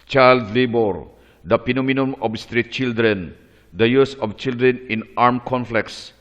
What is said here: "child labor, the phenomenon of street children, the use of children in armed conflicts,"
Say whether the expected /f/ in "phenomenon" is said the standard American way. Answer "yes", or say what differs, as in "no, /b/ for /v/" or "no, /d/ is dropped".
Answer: no, /p/ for /f/